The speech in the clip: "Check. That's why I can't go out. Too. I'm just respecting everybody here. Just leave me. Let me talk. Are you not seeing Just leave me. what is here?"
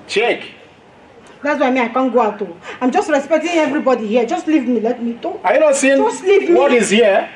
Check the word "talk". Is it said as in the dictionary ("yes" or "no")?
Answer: no